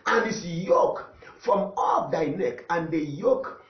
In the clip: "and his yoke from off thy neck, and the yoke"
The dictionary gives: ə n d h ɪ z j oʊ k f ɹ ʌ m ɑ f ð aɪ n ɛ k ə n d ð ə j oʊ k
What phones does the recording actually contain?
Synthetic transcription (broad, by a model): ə n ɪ s j oʊ k f ɹ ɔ m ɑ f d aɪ n ɛ k ə n d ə j oʊ k